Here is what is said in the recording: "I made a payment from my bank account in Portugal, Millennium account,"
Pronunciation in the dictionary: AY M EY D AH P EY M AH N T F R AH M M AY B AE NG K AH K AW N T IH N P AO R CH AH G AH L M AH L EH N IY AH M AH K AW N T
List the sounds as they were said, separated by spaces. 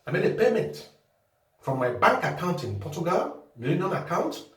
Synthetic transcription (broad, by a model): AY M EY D AH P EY M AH T F R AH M M AY B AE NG K AH K AW N T IH N P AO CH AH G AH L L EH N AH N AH K AW N T